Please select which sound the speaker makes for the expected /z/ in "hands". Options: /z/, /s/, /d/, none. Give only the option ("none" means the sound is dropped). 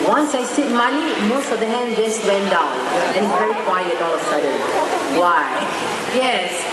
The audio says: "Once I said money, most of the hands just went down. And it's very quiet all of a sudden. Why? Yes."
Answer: none